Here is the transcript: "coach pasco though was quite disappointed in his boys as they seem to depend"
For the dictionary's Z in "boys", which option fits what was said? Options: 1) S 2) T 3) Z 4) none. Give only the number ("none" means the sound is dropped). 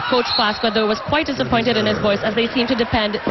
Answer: 1